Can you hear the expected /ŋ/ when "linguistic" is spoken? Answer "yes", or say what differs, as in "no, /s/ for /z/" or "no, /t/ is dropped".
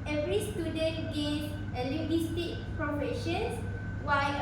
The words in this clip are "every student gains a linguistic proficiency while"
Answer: no, /ŋ/ is dropped